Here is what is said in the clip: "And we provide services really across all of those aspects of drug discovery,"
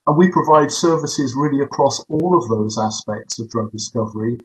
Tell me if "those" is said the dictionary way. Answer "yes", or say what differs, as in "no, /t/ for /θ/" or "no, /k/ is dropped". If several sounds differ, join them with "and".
yes